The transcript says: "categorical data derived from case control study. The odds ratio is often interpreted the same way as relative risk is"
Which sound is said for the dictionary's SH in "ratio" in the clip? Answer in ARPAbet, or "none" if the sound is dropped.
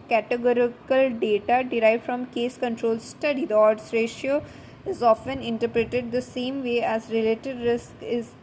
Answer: SH